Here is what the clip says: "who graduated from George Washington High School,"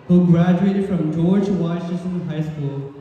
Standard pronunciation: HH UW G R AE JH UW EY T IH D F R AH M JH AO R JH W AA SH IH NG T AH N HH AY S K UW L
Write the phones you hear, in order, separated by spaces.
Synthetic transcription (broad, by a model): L G R AE JH UW EY T IH D F R AH M JH AO R JH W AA IH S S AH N HH AY S K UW L